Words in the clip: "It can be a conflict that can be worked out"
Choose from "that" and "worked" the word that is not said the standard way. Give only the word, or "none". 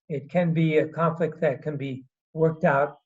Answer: none